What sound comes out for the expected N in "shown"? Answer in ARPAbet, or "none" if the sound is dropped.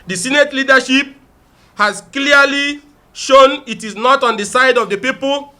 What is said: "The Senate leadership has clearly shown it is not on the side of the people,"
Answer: N